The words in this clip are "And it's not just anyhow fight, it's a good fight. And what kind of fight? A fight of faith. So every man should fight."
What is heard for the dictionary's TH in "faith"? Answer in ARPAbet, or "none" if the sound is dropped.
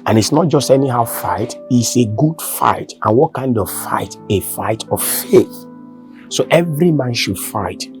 TH